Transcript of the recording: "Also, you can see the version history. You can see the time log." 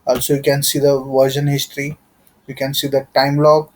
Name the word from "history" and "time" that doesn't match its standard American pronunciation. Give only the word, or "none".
none